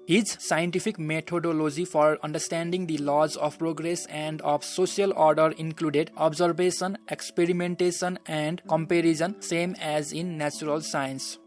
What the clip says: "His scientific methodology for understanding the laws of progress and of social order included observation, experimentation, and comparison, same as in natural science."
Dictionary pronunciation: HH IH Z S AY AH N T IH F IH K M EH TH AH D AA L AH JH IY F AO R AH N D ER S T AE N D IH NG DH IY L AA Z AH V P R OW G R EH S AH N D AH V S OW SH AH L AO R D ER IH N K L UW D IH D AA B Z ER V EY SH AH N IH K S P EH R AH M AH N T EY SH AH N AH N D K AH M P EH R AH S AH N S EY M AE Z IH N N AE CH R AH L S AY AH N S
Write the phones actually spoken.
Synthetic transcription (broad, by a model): HH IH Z S AY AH N T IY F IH K M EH T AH D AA L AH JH IY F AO R AH N D ER S T AE N D IH NG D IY L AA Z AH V P R OW G R EH S AH N D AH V S OW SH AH L AO R D ER IH N K L UW D IH D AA B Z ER B EY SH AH N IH K S P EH R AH M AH N T EY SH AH N AH N D K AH M P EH R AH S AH N S EY M AE Z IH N N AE CH R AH L S AY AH N S